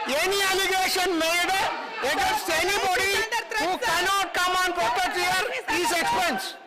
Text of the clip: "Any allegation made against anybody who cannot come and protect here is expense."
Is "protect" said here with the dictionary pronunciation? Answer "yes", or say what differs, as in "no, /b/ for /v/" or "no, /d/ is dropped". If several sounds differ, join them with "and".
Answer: no, /k/ is dropped